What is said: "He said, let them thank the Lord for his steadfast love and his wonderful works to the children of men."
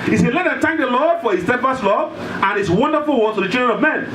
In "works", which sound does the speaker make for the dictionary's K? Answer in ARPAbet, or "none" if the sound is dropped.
none